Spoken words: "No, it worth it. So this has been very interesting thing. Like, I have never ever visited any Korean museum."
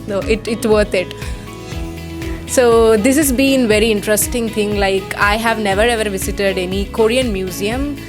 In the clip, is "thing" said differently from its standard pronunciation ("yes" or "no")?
yes